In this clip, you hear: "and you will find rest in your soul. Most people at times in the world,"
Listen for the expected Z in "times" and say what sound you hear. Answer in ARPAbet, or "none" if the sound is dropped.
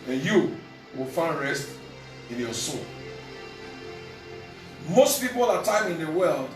none